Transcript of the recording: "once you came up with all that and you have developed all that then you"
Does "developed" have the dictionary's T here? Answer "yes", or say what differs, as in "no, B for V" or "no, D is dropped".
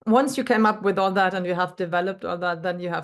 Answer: yes